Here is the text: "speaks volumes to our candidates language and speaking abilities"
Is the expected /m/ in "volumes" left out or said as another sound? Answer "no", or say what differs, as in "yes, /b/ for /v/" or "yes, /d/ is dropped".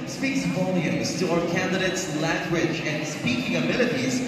yes, /m/ is dropped